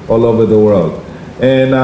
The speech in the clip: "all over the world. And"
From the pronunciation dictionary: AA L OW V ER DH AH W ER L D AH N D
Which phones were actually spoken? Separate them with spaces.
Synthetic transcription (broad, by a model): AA L OW V ER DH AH W ER L D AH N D